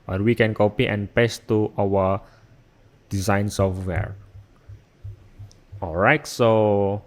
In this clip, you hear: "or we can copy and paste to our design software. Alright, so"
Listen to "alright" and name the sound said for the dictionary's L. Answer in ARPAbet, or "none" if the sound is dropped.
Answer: L